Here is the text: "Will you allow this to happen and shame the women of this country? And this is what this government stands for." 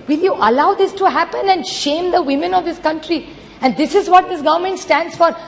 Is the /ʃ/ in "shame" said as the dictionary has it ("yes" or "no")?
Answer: yes